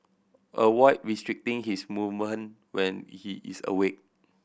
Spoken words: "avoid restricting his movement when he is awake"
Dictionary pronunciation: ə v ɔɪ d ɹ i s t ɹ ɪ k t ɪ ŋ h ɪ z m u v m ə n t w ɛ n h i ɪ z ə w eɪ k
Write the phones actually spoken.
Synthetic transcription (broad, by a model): ə w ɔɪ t ɹ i s t ɹ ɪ k t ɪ ŋ h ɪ s m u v m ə n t w ɛ n h i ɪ s ə w eɪ k